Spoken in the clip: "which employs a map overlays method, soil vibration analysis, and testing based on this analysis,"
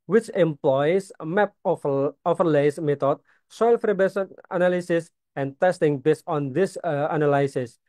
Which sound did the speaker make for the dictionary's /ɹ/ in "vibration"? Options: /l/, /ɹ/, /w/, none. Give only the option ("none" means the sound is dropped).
none